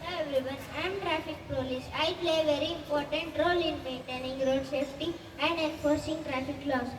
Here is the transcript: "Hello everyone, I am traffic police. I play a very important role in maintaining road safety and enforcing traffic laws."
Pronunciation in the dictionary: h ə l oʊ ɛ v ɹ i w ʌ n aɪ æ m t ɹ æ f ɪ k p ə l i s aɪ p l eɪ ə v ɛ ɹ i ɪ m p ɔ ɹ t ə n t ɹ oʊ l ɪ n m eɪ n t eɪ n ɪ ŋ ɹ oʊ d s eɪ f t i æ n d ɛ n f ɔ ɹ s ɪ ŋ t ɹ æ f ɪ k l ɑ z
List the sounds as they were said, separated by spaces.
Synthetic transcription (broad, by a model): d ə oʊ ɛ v l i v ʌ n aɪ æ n t ɹ æ f ɪ k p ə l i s aɪ p l eɪ v ɛ ɹ i ɪ m p ɔ ɹ t ə n t ɹ oʊ l ɪ n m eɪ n t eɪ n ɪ ŋ ɹ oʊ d s eɪ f t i æ n d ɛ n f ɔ ɹ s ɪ ŋ t ɹ æ f ɪ k l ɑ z